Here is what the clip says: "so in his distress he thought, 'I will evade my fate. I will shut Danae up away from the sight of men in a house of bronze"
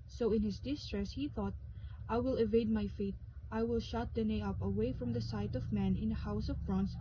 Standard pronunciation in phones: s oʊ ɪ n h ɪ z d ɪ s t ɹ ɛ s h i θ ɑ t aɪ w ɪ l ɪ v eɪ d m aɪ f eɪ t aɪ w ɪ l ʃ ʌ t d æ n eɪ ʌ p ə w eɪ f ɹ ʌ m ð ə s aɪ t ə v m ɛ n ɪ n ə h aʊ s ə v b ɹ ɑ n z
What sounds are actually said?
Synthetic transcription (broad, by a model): s oʊ ɪ n h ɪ s d ɪ s t ɹ ɛ s h i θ ɑ t aɪ w ɪ l ɪ v eɪ d m aɪ f eɪ t aɪ w ɪ l ʃ ʌ t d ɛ n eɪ ʌ p ə w eɪ f ɹ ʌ m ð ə s aɪ t ə v m ɛ n ɪ n ə h aʊ s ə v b ɹ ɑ n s